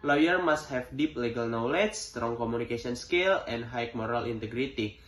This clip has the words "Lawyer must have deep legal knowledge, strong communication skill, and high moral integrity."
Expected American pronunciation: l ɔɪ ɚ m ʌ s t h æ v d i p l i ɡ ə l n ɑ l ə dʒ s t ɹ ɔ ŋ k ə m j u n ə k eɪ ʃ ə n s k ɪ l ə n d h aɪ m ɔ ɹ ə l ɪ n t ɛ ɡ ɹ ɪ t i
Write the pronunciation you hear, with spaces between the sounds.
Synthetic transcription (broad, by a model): l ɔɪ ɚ m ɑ s t h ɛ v d i p l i ɡ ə l n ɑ l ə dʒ s t ɹ ɔ ŋ k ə m u n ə k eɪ s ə n s k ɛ l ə n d h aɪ m ɔ ɹ ə l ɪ n t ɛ ɡ ɹ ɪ t i